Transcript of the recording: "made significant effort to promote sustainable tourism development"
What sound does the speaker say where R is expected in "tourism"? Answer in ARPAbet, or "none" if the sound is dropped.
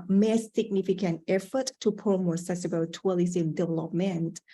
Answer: L